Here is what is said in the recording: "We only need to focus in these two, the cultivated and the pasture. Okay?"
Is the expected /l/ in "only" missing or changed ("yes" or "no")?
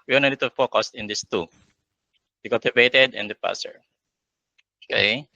yes